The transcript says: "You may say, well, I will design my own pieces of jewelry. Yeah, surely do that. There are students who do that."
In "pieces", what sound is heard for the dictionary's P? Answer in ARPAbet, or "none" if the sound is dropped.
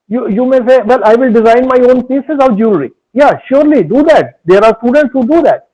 P